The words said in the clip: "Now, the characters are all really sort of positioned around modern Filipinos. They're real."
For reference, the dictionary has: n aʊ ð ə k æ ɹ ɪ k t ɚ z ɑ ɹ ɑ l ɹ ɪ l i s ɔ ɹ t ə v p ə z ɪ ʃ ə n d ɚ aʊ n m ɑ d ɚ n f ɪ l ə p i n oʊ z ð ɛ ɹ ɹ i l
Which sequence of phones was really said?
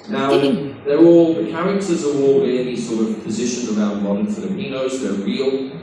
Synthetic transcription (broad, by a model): n aʊ ð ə k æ ɹ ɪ k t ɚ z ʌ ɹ ɑ l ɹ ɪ n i s ɔ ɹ t ə v p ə z ɪ ʃ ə n ɚ aʊ n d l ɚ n f ɪ l ə p i n oʊ z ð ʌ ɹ ɹ i l